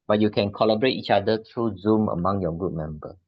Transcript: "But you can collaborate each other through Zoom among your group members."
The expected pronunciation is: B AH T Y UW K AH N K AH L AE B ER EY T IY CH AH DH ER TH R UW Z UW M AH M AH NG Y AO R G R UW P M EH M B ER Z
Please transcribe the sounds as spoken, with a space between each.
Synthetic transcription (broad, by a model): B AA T Y UW K AH N K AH L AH B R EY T IY CH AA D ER T R UW Z UW M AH M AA NG Y AO G UW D M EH M B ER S